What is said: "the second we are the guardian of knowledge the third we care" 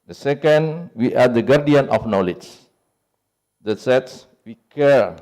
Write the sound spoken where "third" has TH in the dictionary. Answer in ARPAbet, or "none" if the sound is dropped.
S